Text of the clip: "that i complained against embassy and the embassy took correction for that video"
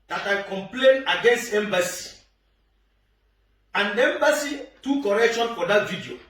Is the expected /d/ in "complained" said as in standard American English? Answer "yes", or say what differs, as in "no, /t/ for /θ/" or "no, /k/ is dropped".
no, /d/ is dropped